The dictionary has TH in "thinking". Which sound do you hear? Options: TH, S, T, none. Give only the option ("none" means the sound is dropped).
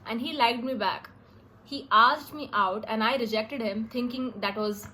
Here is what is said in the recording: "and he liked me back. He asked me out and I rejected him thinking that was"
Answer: T